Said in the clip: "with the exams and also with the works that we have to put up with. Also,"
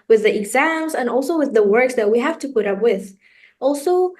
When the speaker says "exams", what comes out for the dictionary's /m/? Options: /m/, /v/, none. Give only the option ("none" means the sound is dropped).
/m/